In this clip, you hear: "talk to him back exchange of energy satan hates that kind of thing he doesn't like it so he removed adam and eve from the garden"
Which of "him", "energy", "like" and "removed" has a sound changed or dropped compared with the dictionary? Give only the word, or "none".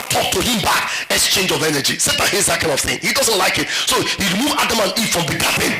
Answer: removed